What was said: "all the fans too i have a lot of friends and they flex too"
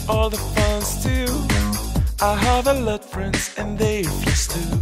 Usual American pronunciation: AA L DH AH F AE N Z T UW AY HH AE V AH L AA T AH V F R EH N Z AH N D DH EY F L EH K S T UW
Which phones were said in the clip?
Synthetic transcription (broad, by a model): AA L DH AH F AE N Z T UW AY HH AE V AH L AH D F R EH N Z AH N DH EY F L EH S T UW